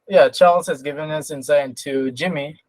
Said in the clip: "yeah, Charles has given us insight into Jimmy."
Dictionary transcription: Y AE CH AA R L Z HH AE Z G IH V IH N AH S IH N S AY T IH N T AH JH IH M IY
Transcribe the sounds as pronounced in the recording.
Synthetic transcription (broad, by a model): Y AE CH AA R L Z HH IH Z G IH V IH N AH S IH N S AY IH N T AH JH IH M IY